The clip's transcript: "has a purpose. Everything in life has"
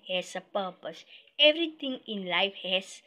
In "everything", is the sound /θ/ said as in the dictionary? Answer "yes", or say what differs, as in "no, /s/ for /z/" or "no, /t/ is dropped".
no, /t/ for /θ/